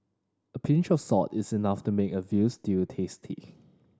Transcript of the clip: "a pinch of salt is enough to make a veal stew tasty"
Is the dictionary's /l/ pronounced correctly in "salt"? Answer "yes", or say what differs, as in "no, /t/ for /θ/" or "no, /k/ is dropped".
no, /l/ is dropped